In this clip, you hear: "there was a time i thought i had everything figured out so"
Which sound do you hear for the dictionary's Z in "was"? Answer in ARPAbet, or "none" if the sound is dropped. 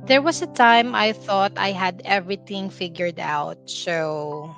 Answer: S